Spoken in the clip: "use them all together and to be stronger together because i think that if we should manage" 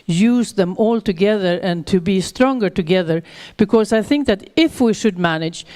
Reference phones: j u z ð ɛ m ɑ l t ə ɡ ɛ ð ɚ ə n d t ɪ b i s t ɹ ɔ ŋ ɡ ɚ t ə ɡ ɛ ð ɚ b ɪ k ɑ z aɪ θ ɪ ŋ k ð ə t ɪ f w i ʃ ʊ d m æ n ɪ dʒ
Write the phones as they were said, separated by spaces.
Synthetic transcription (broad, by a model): j u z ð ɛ m ɑ l t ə ɡ ɛ ð ɚ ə n t ɪ b i s t ɹ ɔ ŋ ɡ ɚ t ə ɡ ɛ ð ɚ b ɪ k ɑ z aɪ θ ɪ ŋ k ð ə t ɪ f w i ʃ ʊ d m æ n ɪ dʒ